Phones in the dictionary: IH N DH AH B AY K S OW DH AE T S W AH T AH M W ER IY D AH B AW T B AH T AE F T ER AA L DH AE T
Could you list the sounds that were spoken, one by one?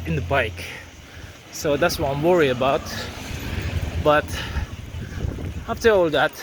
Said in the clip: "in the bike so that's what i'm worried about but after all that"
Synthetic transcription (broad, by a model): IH N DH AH B AY K S OW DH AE T S W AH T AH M W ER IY AH B AW T B AH T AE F T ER AA L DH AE T